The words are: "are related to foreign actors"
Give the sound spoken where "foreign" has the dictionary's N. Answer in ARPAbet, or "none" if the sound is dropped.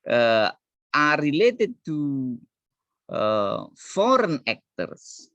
N